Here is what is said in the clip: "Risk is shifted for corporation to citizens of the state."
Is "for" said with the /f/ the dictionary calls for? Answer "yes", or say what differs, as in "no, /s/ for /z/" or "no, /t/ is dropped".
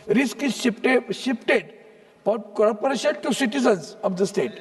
no, /p/ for /f/